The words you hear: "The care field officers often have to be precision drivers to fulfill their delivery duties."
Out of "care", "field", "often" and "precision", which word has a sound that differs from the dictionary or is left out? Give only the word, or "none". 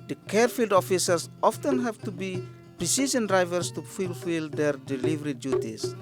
precision